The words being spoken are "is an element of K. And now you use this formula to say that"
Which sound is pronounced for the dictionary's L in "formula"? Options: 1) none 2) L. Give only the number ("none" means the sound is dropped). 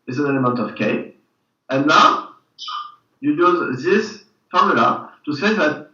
2